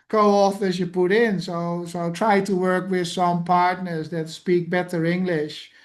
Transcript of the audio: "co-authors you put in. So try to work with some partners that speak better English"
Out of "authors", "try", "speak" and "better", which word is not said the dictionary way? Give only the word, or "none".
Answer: authors